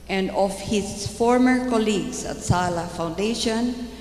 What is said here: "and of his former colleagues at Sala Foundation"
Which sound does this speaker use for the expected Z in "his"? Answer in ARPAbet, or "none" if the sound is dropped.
S